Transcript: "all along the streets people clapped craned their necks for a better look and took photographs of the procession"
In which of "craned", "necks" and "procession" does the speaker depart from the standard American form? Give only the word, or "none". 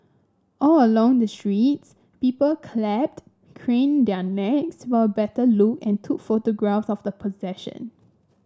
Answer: procession